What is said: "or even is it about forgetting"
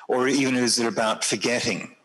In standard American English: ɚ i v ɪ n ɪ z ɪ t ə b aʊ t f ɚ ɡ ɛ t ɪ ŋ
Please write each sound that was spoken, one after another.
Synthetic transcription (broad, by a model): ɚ i v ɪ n ɪ z ɪ t ə b aʊ t f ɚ ɡ ɛ t ɪ ŋ